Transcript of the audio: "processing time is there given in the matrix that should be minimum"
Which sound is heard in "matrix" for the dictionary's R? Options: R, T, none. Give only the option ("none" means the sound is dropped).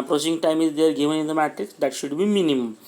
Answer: none